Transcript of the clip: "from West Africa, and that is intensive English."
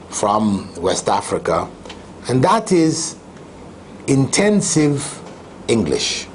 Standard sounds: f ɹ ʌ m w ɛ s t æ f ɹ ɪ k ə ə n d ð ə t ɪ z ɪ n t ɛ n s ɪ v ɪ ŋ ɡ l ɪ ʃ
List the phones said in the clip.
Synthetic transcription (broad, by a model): f ɹ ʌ m w ɛ s t æ f ɹ ɪ k ə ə n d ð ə t ɪ z ɪ n t ɛ n s ɪ v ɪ ŋ ɡ l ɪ ʃ